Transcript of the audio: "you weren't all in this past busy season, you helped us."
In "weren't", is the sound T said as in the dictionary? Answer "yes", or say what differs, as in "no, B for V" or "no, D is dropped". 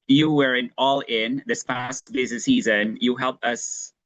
no, T is dropped